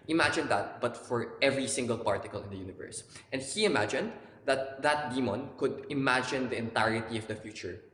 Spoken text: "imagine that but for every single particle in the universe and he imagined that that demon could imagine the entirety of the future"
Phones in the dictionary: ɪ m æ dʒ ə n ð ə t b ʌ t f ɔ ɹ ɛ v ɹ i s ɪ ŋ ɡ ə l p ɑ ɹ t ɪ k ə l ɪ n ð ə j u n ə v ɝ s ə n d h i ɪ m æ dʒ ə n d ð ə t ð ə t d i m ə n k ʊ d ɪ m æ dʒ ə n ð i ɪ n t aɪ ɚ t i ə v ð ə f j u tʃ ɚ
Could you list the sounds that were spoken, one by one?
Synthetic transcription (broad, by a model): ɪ m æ dʒ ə n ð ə t b ʌ t f ɔ ɹ ɛ v ɹ i s ɪ ŋ ɡ ə l p ɑ ɹ t ɪ k ə l ɪ n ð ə j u n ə v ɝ s ə n d h i ɪ m æ dʒ ə n d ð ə t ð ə t d i m ə n k ʊ d ɪ m æ dʒ ə n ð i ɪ n t aɪ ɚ t i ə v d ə f j u tʃ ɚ